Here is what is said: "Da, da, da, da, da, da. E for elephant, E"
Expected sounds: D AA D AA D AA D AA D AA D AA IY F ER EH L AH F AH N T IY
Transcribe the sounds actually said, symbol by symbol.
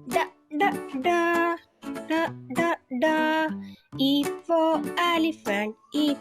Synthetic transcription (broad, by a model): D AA D AA D AA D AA D AA D AA IY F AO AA L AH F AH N IY